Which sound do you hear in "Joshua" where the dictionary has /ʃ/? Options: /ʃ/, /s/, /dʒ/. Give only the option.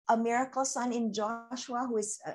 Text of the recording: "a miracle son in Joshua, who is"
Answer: /ʃ/